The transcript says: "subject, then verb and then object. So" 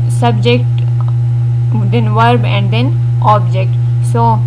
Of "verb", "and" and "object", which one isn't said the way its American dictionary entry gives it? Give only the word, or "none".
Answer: none